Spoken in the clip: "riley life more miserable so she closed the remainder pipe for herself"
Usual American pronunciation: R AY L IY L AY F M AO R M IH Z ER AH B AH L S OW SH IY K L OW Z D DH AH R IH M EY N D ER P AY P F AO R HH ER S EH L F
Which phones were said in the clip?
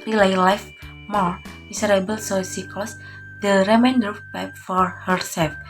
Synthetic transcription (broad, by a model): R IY L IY L AY F M AO R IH S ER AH B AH L S OW S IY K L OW S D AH R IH M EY N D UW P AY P F AO R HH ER S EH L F